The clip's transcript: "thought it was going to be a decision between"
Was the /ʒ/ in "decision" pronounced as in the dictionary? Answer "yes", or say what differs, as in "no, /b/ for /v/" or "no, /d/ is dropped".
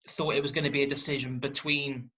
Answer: yes